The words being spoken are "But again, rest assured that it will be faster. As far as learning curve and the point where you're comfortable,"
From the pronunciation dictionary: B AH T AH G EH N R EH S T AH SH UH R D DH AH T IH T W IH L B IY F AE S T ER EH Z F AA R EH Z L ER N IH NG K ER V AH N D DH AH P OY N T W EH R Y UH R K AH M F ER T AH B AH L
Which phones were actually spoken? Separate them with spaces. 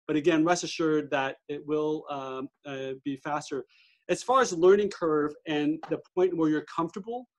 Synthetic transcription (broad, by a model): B AH T AH G EH N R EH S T AH SH UH R D DH AH T IH T W IH L B IY F AE S T ER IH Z F AA R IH Z L ER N IH NG K ER V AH N DH AH P OY N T W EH R Y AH R K AH M F T AH B L